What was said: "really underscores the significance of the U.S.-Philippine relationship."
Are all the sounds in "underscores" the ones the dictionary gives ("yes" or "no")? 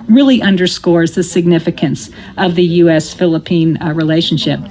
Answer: yes